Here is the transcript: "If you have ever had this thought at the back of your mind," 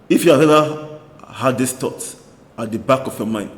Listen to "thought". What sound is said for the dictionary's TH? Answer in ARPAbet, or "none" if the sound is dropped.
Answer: T